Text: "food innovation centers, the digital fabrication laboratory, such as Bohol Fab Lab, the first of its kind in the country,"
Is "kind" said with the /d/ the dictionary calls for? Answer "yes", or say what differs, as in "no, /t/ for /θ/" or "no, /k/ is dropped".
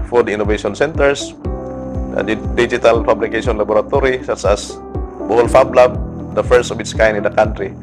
no, /d/ is dropped